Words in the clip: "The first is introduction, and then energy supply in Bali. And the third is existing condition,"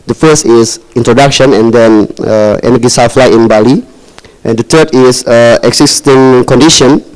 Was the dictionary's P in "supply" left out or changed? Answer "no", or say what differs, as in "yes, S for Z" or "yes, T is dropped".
yes, F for P